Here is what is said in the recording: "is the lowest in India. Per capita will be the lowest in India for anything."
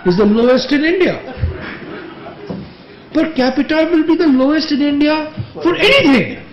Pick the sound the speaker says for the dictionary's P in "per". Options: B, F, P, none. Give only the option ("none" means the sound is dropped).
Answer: B